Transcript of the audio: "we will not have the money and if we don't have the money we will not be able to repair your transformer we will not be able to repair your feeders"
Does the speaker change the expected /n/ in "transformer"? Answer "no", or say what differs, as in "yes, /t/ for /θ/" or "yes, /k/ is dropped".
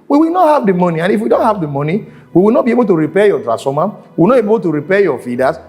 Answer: yes, /n/ is dropped